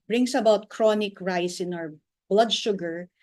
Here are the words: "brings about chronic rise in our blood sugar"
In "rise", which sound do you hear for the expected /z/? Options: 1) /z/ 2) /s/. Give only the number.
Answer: 2